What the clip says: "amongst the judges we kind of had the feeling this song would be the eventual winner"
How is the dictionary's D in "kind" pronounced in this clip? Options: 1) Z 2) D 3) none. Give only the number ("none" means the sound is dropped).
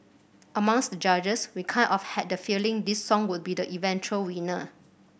3